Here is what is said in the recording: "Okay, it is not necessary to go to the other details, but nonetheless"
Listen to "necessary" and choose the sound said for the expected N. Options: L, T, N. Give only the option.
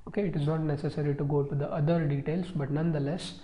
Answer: N